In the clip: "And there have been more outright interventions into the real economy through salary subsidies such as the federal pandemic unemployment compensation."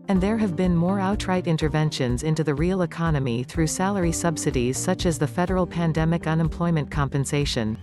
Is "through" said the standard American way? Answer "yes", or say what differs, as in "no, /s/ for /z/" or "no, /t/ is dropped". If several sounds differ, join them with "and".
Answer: yes